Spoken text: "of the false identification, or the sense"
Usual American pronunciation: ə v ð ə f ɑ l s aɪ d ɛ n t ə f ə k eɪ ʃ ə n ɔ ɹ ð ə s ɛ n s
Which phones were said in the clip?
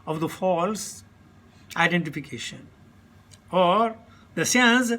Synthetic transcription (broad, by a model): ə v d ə f ɑ l s aɪ d ɛ n t ə f ə k eɪ ʃ ə n ɔ ɹ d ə s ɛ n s